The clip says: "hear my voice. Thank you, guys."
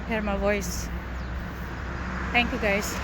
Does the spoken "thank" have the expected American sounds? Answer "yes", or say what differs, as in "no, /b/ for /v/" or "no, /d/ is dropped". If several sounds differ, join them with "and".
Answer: no, /t/ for /θ/